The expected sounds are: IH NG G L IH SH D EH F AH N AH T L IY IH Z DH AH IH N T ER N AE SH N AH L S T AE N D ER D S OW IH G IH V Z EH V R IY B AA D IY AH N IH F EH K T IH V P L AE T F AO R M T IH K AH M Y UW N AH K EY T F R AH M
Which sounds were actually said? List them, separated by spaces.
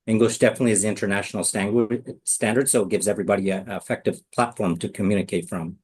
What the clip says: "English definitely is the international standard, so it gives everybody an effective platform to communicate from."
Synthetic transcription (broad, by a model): IH NG G L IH SH D EH F AH N AH T L IY IH Z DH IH N T ER N AE SH N L S T AE N D ER D S OW IH G IH V Z EH V R IY B AA D IY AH IH F EH K T IH V P L AE T F AO R M T IH K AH M Y UW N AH K EY T F R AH M